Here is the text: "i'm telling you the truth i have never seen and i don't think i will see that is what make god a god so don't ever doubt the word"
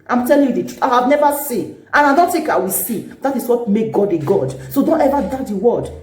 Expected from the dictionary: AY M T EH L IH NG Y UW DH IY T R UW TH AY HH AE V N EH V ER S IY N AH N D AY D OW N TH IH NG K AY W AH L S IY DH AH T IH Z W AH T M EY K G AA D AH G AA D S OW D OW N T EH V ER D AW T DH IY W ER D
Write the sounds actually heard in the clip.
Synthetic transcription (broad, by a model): AY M T EH L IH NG Y UW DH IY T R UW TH AY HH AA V N EH V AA S IY N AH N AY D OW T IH K AY W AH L S IY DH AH T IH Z W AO T M EY K G AA D AH G AA D S OW D OW N T EH V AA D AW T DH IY W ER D